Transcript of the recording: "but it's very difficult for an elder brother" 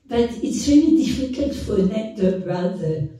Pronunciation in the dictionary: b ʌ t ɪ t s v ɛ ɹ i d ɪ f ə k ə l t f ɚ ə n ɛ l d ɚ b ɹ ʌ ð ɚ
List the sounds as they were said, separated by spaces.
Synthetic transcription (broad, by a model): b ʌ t ɪ t s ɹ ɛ l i d ɪ f ə k ə l t f ɚ ə n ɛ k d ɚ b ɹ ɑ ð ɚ